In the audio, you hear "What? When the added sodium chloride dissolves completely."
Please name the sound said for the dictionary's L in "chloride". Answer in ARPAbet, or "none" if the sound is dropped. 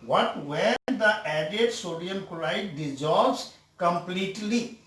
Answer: none